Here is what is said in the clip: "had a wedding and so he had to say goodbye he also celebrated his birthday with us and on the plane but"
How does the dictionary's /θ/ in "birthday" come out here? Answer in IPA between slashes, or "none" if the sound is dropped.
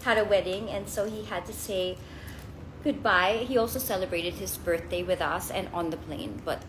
/θ/